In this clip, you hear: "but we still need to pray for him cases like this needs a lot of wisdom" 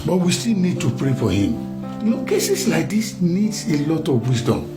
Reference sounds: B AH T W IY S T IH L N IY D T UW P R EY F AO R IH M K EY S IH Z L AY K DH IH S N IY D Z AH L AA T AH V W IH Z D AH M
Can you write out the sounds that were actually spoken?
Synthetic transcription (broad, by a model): B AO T W IY S T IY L N IY D T UW P R EY F AO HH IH M K EY S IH S L AY K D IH S N IY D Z AH L AA T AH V W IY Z D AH M